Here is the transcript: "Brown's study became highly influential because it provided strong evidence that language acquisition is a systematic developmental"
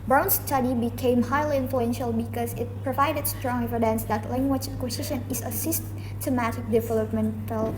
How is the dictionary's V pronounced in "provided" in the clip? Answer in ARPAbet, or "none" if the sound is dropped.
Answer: V